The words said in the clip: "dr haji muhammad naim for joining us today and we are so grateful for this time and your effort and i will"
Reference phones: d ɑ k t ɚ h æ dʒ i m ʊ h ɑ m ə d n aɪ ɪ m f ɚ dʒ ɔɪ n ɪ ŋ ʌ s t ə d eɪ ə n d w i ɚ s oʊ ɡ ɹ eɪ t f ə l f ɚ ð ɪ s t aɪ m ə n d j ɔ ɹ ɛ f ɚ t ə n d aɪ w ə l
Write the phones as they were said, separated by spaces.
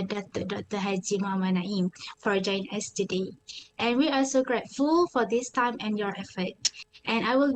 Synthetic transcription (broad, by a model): d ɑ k t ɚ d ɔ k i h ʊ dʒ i m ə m n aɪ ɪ m f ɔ dʒ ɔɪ ɪ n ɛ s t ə d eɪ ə n w i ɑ s oʊ ɡ ɹ eɪ t f ə l f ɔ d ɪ s t aɪ m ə n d j ɔ ɹ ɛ f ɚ t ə n aɪ w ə l